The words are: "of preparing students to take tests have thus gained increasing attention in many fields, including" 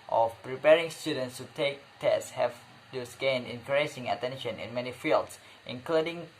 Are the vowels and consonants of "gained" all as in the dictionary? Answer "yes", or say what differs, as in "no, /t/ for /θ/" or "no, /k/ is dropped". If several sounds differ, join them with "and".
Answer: no, /d/ is dropped